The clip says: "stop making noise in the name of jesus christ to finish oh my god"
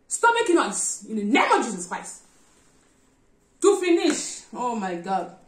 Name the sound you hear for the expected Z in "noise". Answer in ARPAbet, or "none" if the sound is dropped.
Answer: S